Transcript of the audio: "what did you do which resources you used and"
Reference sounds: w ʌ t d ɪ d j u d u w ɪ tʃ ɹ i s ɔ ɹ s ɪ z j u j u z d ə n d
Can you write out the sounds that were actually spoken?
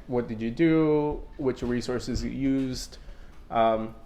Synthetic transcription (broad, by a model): w ʌ t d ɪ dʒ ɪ d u w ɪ tʃ ɹ i s ɔ ɹ s ɪ z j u j u z d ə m